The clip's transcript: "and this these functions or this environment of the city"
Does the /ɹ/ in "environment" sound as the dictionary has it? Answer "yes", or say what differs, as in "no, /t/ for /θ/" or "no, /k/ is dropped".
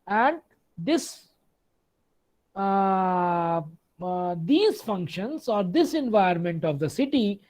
no, /ɹ/ is dropped